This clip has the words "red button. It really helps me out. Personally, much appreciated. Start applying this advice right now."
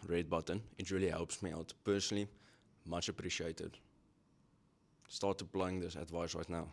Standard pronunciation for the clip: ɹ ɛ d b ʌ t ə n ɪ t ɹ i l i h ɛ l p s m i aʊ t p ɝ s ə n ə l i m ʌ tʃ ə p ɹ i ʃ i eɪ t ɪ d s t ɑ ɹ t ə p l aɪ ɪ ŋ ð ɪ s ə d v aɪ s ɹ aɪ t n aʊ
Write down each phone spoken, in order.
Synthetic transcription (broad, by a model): ɹ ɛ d b ʌ t ə n ɪ t ɹ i l i h ɛ l p s m i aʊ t p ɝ s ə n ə l i m ʌ tʃ ə p ɹ i ʃ i eɪ t ɪ d s t ɑ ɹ t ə p l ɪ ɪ ŋ ð ɪ s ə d v aɪ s ɹ aɪ t n aʊ